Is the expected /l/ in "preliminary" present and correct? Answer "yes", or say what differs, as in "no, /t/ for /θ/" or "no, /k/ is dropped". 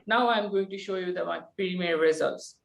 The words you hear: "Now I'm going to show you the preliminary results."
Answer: no, /l/ is dropped